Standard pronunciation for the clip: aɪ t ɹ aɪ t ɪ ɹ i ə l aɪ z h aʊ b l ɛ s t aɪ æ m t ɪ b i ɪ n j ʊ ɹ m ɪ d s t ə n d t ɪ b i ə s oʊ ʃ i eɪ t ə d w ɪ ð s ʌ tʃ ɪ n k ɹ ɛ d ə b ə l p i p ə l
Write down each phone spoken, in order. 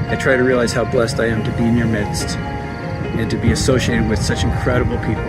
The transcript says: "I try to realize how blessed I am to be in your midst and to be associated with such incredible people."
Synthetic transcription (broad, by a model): aɪ t ɹ aɪ t ɪ ɹ i ə l aɪ z h aʊ b l ɛ s t aɪ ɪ m t ɪ b i ɪ n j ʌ ɹ m ɪ d s t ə n t ɪ b i ə s oʊ ʃ i eɪ t ə d w ɪ ð s ʌ tʃ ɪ n k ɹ ɛ d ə b l p i p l